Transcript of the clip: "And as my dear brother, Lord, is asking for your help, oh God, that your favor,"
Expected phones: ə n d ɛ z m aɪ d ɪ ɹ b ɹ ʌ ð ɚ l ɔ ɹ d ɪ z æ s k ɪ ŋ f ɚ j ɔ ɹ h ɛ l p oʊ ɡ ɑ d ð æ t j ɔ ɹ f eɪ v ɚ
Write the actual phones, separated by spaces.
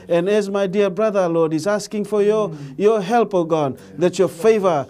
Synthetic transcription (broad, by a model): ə n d ɛ z m aɪ d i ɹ b ɹ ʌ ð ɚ l ɔ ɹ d ɪ z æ s k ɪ ŋ f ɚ j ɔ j h ɛ l p oʊ ɡ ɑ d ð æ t j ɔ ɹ f eɪ v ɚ